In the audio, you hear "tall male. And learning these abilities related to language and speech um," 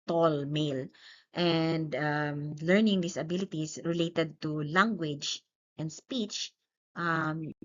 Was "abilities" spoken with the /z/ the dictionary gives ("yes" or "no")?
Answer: no